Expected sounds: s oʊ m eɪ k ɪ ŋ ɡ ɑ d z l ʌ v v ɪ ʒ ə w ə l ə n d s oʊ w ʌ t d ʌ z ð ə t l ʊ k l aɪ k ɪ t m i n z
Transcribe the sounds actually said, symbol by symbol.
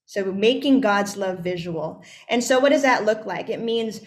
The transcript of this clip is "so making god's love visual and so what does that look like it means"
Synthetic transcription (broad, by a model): s oʊ m eɪ k ɪ ŋ ɡ ɑ d z l ʌ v v ɪ ʒ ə w l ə n s oʊ w ʌ t d ʌ z ð ə t l ʊ k l aɪ k ɪ t m i n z